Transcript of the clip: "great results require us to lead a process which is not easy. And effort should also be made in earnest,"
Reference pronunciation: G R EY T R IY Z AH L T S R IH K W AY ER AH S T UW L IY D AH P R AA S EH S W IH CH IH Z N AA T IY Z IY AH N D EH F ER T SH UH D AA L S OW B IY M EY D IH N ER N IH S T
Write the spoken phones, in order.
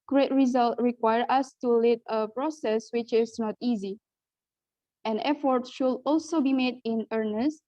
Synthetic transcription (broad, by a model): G R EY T R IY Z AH L T R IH K W AY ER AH S T UW L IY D AH P R AA S EH S W IH CH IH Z N AA T IY Z IY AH N EH F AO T SH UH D AA L S OW B IY M EY D IH N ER N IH S T